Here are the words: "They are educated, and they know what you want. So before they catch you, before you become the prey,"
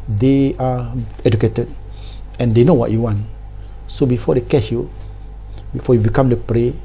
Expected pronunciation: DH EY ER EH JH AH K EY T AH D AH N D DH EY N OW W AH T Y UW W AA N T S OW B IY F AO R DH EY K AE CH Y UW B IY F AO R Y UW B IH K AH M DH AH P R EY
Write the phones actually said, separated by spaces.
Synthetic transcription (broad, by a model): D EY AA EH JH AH K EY T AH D AH N D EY N OW W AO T Y UW W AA N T S OW B IY F AO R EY K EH SH Y UW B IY F AO Y UW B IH K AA M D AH P R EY